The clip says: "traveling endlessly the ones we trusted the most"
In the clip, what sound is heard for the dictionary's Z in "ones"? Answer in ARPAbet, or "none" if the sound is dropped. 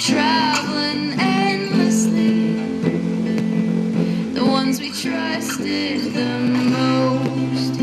Z